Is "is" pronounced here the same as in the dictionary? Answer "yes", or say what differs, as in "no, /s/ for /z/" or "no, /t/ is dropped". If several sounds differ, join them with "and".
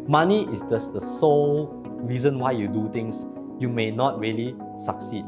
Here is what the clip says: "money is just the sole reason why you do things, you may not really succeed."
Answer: no, /s/ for /z/